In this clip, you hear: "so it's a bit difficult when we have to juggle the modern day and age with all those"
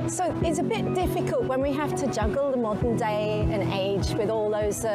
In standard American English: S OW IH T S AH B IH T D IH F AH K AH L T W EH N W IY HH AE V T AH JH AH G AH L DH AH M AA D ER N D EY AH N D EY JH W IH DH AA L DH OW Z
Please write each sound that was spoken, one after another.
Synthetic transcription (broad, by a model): S OW IH T S AH B IH T D IH F AH K AH L T W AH N W IY HH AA F T AH JH AH G AH L DH AH M AA D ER N D EY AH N EY JH W IH DH AA L DH OW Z